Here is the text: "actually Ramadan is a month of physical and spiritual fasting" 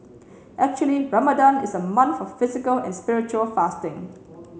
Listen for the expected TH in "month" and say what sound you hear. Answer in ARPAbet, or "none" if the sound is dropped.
F